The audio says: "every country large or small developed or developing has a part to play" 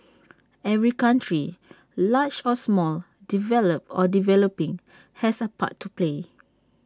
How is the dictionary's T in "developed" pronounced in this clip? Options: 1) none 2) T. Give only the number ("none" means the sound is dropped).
1